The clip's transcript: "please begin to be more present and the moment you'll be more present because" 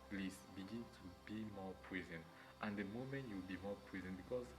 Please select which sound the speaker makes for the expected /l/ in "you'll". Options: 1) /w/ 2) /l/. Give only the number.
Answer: 1